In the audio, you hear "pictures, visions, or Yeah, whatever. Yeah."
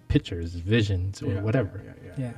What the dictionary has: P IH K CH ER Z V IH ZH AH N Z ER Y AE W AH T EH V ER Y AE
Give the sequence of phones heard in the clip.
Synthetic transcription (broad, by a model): P IH K CH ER Z V IH ZH AH N Z ER W AH T EH V ER Y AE